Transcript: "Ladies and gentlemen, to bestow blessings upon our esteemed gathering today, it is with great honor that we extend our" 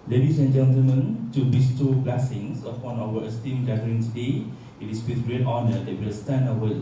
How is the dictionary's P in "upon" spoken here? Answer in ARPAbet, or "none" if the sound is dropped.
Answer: F